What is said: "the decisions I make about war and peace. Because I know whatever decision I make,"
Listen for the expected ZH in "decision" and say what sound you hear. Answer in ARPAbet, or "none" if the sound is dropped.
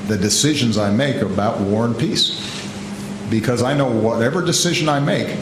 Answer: ZH